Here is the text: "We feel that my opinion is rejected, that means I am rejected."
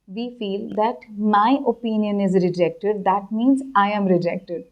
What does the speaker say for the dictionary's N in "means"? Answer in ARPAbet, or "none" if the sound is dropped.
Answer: N